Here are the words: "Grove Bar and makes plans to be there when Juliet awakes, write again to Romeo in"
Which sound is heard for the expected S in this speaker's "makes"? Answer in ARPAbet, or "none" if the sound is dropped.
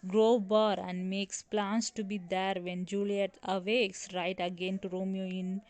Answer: S